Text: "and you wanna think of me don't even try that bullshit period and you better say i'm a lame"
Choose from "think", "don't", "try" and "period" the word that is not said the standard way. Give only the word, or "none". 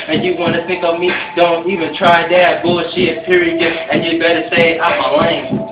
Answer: period